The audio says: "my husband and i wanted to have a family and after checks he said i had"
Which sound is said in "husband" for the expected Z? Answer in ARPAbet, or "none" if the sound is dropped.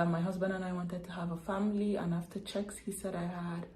Z